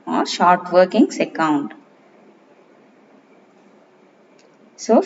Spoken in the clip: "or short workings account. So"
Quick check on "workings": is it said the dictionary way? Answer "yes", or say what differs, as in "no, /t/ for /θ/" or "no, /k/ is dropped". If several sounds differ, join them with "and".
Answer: no, /s/ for /z/